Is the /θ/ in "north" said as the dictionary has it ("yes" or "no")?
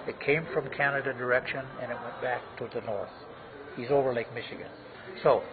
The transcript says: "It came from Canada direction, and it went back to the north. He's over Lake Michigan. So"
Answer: yes